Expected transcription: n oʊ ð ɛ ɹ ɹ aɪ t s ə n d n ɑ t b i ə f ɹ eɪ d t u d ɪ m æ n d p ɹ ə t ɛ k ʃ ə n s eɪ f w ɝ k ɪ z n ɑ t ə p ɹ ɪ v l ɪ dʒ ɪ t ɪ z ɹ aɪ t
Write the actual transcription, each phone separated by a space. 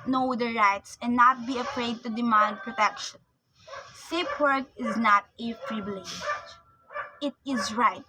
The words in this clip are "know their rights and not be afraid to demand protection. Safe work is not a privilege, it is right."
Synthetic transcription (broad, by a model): n oʊ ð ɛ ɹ ɹ aɪ t s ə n n ɑ t b i ə f ɹ eɪ d t u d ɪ m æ n d p ɹ ə t ɛ k ʃ ə n s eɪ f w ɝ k ɪ z n ɑ t ə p ɹ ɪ b l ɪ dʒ ɪ t ɪ z ɹ aɪ t